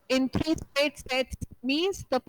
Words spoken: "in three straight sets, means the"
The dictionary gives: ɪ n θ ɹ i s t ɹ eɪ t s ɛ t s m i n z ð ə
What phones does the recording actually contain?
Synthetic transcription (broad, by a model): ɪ n t ɹ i s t eɪ t s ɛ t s m i n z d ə